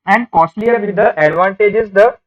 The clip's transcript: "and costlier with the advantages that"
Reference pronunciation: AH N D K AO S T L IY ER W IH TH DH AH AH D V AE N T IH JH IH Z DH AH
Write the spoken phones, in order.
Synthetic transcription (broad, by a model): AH N D K AO S T L IY ER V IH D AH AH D V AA N T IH JH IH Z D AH